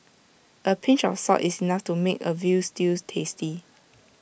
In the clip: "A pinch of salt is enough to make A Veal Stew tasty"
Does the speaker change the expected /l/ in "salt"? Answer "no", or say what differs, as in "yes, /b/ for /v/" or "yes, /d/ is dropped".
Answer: yes, /l/ is dropped